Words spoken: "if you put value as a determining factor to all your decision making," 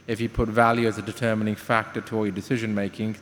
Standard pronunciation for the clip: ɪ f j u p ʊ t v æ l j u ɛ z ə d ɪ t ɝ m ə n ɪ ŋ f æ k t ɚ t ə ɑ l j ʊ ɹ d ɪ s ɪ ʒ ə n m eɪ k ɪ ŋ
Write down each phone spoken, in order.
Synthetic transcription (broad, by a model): ɪ f j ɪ p ʊ t v æ l j u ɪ z ə d ɪ t ɝ m ə n ɪ ŋ f æ k t ɚ t ə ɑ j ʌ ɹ d ɪ s ɪ ʒ ə n m eɪ k ɪ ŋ